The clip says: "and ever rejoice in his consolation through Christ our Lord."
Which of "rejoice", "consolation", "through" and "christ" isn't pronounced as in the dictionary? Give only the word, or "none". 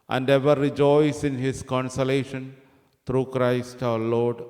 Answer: through